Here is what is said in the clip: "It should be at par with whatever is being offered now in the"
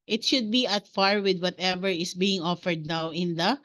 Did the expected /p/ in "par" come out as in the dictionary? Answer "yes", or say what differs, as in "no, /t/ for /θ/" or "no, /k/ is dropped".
no, /f/ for /p/